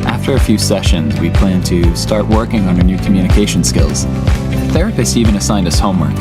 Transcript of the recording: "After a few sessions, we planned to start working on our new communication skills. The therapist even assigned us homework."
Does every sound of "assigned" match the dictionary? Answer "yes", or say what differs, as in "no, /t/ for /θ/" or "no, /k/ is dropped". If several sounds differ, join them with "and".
yes